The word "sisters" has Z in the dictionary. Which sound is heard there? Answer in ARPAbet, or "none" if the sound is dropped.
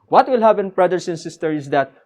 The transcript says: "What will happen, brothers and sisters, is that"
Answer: none